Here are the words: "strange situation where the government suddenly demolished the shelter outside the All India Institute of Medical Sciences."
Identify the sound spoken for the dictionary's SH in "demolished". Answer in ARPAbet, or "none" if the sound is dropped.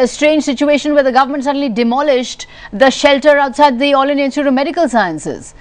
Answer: SH